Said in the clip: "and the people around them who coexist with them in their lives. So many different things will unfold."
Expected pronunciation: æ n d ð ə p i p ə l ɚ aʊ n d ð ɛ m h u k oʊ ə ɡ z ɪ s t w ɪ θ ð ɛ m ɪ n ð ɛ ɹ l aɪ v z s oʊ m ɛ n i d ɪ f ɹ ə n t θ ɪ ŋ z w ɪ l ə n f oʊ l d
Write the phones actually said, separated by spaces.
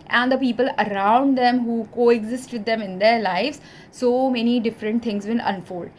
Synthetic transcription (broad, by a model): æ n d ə p i p ə l ɚ aʊ n d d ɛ m h u k oʊ ə ɡ z ɪ s t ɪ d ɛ m ɪ n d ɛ ɹ l aɪ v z s oʊ m ɛ n i d ɪ f ɹ ə n t t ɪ ŋ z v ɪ n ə n f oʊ l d